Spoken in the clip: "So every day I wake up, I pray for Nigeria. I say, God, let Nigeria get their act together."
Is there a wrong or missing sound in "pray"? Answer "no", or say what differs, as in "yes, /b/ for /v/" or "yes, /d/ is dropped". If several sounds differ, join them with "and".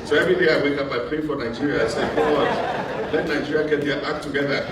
yes, /l/ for /ɹ/